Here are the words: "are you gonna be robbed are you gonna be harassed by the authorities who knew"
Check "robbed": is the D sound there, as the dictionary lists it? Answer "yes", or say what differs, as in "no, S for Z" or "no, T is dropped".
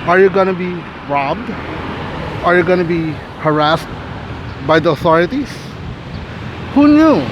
yes